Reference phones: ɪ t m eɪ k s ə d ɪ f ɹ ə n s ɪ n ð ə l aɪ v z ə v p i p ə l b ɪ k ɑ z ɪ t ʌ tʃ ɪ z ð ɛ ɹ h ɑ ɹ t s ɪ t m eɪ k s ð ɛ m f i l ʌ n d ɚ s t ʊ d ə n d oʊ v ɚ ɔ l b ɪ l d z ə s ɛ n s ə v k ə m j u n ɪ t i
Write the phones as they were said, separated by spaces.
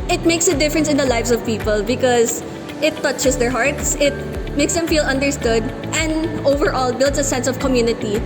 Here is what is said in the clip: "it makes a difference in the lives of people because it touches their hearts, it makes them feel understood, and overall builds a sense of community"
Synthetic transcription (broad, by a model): ɪ t m eɪ k s ə d ɪ f ɹ ə n s ɪ n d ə l aɪ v s ə v p i p ə l b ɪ k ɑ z ɪ t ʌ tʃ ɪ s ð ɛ ɹ h ɑ ɹ t s ɪ t m eɪ k s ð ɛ m f i l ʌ n d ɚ s t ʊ d ə n d oʊ v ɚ ɔ l b ɪ l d s ə s ɛ n s ə v k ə m j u n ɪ t i